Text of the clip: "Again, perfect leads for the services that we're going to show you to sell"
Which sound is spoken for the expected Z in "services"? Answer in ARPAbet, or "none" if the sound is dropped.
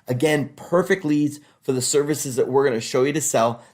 Z